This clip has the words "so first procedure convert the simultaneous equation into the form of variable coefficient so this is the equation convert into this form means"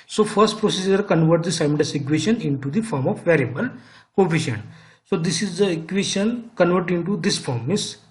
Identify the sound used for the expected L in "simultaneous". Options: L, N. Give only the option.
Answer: N